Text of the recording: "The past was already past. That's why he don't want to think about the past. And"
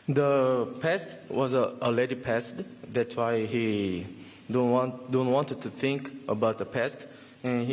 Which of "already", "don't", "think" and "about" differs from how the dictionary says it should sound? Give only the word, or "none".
already